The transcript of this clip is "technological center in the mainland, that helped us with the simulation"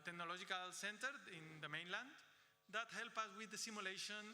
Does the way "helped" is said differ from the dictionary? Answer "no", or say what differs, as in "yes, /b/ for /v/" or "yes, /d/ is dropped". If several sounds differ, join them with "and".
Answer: yes, /t/ is dropped